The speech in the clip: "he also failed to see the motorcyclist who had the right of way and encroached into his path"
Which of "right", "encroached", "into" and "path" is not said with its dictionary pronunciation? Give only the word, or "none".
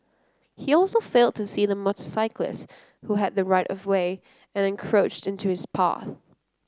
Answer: none